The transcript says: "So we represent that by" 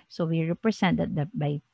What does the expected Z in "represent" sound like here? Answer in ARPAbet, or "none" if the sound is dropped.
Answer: S